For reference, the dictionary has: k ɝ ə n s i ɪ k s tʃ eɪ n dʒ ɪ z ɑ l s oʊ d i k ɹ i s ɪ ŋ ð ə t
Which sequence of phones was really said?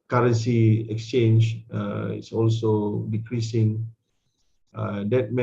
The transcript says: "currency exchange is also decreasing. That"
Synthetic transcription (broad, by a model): k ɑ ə n s i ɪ k s tʃ eɪ n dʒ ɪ s ɑ l s oʊ d i k ɹ i s ɪ ŋ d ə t